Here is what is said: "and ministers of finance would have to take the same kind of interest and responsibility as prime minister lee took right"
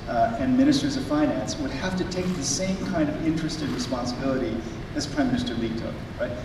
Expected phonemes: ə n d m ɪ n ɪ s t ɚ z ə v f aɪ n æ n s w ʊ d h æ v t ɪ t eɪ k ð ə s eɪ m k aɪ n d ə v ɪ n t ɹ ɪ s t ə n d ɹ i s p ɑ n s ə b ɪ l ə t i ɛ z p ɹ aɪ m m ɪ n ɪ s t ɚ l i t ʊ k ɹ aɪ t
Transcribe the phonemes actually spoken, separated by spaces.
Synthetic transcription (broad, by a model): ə n m ɪ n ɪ s t ɚ z ə v f aɪ n æ n s w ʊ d h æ f t ɪ t eɪ k ð ə s eɪ m k aɪ n d ə v ɪ n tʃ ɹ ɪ s t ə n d ɹ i s p ɑ n s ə b ɪ l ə t i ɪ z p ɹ aɪ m m ɪ n ɪ s t ɚ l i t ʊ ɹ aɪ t